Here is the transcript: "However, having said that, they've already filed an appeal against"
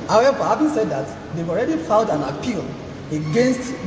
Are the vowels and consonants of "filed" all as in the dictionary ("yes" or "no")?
no